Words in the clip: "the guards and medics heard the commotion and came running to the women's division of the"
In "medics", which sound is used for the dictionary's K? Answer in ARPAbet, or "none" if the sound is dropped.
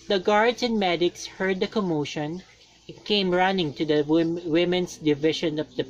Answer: K